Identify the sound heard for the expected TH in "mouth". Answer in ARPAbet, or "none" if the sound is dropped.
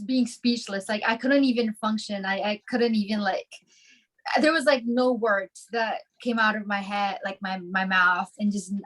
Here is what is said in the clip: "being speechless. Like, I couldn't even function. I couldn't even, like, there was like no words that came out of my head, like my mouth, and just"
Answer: TH